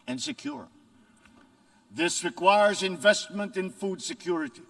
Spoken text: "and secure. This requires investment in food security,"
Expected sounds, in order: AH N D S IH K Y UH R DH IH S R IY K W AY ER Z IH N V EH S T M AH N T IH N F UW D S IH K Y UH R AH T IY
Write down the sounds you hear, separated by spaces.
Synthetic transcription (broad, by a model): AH N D S IH K Y UH R DH IH S R IY K W AY ER Z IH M V EH S T M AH N T IH N F UW D S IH K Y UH R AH T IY